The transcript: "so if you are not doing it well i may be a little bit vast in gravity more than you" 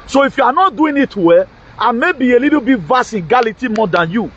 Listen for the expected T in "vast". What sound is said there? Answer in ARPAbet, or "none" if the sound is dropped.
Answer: none